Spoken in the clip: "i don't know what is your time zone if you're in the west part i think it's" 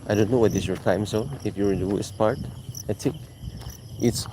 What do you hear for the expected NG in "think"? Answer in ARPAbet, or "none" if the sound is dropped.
none